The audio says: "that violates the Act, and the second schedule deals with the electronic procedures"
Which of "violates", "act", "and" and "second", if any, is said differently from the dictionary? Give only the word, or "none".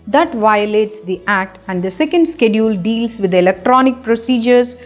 none